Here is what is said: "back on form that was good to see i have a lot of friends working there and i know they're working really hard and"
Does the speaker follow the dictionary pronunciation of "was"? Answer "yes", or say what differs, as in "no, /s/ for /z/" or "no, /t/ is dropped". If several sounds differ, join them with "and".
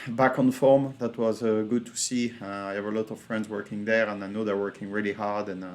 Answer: yes